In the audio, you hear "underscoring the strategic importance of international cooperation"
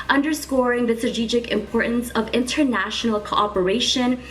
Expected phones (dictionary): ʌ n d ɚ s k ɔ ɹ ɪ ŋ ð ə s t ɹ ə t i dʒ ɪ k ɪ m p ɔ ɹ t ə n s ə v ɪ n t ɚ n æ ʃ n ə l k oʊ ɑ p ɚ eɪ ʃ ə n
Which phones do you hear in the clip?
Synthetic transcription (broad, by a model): ʌ n d ɚ s k ɔ ɹ ɪ ŋ ð ə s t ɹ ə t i dʒ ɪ k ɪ m p ɔ ɹ t n s ə v ɪ n t ɚ n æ ʃ n l k oʊ ɑ p ɚ eɪ ʃ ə n